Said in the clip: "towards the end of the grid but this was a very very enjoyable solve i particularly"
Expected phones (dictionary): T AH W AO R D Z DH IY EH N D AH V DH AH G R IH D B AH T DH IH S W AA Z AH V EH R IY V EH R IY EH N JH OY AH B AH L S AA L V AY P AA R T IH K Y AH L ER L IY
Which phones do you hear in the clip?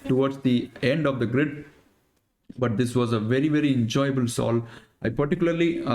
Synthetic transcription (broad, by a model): T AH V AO R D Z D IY EH N D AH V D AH G R IH D B AH T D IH S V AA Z AH V EH R IY V EH R IY EH N JH OY AH B AH L S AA L AY P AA R T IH K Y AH L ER L IY